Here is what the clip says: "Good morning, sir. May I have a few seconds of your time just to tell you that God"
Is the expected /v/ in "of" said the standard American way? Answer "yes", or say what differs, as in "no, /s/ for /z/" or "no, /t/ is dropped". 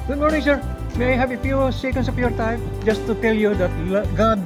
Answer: no, /p/ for /v/